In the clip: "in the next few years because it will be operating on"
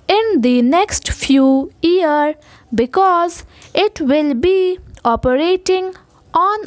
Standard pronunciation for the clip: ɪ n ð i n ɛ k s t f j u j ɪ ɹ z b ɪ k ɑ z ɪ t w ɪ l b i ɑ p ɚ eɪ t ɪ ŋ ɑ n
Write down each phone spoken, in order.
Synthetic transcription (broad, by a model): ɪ n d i n ɛ k s t f j u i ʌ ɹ b ɪ k ɑ z ɪ t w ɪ l b i ɑ p ɚ eɪ t ɪ ŋ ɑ n